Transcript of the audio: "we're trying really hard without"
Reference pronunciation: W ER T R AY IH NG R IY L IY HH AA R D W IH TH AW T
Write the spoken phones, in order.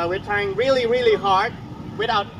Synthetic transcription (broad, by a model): W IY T AY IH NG R IY L IY HH AA R D W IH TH AW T